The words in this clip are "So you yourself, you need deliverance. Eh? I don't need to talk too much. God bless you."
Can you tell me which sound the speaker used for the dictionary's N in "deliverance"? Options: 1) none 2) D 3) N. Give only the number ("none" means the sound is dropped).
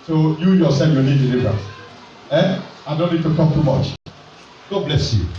1